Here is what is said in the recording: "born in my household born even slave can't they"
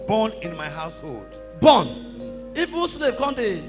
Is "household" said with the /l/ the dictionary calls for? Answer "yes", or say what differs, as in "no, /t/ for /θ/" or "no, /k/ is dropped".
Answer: yes